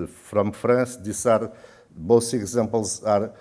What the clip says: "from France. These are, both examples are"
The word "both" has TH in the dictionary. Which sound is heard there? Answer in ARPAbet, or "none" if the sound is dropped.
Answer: S